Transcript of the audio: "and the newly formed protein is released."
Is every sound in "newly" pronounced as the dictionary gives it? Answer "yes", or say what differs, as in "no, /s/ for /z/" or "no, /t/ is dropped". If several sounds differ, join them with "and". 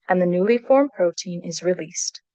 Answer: yes